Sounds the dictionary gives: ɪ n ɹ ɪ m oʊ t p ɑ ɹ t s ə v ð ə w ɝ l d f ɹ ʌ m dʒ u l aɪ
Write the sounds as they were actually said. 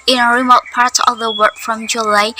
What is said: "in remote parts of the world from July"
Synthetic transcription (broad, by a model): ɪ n ɹ ɪ m oʊ t p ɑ ɹ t ə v ð ə w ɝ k f ɹ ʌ m dʒ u l aɪ